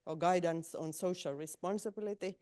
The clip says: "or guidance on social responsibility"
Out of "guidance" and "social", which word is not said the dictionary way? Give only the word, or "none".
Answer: none